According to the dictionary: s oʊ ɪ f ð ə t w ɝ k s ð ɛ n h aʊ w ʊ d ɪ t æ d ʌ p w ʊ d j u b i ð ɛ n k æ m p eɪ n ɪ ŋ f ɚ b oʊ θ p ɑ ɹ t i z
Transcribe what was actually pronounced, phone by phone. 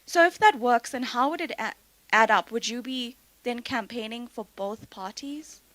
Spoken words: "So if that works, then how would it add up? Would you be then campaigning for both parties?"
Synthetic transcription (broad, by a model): s oʊ ɪ f ð ə t w ɝ k s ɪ n h aʊ w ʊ d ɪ t æ d ʌ p w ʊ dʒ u b i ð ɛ n k æ m p eɪ n ɪ ŋ f ɚ b oʊ θ p ɑ ɹ t i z